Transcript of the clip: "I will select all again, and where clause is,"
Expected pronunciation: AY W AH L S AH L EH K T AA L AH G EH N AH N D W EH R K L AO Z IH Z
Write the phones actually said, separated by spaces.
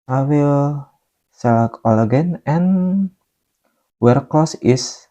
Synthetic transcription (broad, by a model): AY W AH L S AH L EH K AA L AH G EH N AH N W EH R K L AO S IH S